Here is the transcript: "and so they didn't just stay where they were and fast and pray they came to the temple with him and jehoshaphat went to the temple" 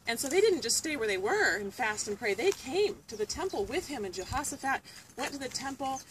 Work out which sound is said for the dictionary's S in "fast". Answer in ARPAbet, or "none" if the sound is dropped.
S